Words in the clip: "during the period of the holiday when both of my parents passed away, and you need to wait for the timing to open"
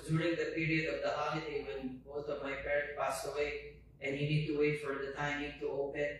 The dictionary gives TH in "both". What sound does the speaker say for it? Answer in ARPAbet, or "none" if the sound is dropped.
T